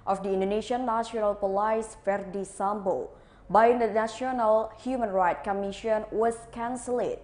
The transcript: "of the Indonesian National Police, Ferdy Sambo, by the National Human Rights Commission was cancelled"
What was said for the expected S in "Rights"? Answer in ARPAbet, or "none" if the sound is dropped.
none